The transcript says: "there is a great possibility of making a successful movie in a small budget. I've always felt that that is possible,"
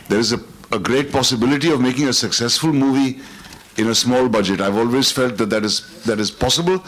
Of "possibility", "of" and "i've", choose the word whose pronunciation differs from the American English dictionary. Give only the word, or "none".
none